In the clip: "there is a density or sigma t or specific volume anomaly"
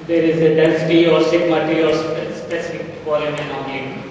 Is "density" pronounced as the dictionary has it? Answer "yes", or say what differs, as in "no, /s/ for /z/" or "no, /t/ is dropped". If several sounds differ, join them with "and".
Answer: no, /l/ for /n/